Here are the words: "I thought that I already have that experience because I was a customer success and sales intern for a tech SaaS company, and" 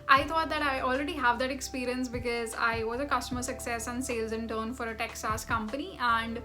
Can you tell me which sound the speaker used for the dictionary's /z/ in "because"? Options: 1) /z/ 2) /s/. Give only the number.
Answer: 1